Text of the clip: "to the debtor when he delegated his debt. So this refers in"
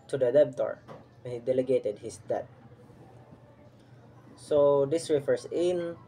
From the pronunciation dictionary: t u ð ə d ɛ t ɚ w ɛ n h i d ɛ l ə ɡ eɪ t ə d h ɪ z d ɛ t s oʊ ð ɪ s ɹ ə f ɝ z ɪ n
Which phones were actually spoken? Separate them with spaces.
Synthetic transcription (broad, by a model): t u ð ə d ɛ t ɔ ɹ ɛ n h i d ɛ l ə ɡ eɪ t ə d h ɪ s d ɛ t s oʊ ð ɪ s ɹ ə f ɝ s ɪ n